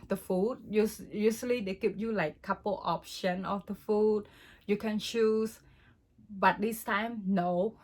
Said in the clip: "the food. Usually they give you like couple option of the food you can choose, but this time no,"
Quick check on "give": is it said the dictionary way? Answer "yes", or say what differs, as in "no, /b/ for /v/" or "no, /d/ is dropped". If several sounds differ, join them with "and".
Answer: no, /p/ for /v/